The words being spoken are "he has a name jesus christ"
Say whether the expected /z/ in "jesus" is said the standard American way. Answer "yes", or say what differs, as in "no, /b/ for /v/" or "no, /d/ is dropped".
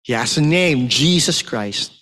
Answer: yes